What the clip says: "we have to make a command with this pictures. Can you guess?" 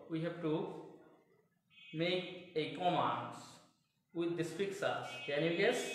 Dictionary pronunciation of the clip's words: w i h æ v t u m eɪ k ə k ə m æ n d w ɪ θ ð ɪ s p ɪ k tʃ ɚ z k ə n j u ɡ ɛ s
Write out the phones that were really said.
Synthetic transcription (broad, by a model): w i h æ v t u m eɪ k ə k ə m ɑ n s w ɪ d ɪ s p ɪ k s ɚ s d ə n j u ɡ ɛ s